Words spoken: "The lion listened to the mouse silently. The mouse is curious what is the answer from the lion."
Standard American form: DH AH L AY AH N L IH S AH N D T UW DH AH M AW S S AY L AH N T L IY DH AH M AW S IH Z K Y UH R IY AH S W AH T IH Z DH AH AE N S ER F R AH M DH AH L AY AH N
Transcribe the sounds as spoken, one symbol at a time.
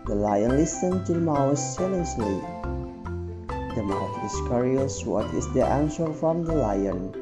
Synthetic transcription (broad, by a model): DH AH L AY AH N L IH S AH N T UW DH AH M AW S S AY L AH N S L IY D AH M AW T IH S K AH R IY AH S W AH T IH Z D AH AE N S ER F R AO M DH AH L AY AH N